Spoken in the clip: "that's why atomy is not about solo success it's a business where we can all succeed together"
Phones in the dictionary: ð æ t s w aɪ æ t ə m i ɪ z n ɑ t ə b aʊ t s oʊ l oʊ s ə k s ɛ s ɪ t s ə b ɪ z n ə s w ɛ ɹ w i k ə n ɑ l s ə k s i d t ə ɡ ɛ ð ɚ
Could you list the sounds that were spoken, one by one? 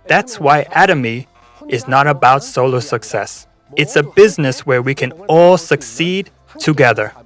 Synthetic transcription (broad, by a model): ð æ t s w aɪ æ t ə m i ɪ z n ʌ t ə b aʊ t s oʊ l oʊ s ə k s ɛ s ɪ t s ə b ɪ z n ə s w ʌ ɹ w i k ə n ɑ l s ə k s i d t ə ɡ ɛ ð ɚ